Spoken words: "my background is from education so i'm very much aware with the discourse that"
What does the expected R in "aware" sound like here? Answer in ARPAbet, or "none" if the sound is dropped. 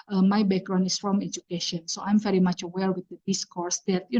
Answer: L